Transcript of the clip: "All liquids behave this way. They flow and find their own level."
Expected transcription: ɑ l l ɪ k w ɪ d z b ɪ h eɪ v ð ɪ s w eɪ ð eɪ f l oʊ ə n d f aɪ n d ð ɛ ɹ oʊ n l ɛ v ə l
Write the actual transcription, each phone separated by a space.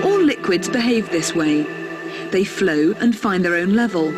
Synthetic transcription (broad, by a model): ɑ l l ɪ k w ɪ d z b ɪ h eɪ v ð ɪ s w eɪ ð eɪ f l oʊ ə n f aɪ n ð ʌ ɹ oʊ n l ɛ v ə l